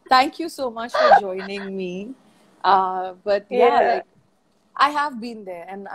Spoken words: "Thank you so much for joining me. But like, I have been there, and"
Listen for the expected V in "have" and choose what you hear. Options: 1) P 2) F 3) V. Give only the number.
3